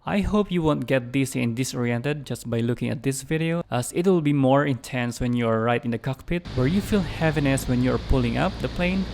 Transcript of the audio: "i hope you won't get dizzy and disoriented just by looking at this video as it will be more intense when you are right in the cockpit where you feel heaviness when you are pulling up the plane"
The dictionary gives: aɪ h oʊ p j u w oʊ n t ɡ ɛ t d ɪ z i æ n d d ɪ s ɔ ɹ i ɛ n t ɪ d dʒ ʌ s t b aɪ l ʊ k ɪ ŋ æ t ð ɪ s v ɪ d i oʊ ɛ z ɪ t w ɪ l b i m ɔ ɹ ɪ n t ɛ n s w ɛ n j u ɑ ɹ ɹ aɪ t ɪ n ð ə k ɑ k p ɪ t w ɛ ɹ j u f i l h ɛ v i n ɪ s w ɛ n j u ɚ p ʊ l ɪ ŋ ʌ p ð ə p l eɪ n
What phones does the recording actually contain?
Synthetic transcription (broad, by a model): aɪ h oʊ p j u w oʊ n t ɡ ɛ t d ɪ s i n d d ɪ s ɔ ɹ i ɛ n t ɪ d dʒ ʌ s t b aɪ l ʊ k ɪ ŋ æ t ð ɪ s v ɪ d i oʊ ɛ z ɪ t w ɪ l b i m ɔ ɹ ɪ n t ɛ n s w ɛ n j u ɑ ɹ ɹ aɪ t ɪ n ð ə k ɑ k p ɪ t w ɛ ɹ j u f i l h ɛ v i n ɪ s w ɛ n j u ɚ p ʊ l ɪ ŋ ʌ p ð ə p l eɪ n